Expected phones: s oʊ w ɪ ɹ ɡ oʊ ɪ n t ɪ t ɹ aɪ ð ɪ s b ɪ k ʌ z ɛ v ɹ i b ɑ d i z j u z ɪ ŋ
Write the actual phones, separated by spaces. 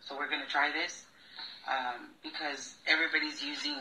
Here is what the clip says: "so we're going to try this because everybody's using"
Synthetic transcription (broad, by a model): s oʊ w ɪ ɹ ɡ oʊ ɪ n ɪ t ɹ aɪ ð ɪ s b ɪ k ʌ z ɛ v ɹ i b ɑ d i z j u z ɪ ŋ